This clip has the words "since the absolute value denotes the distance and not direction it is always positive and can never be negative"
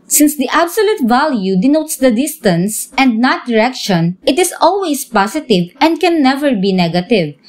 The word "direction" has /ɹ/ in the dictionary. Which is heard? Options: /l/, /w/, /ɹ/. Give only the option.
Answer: /ɹ/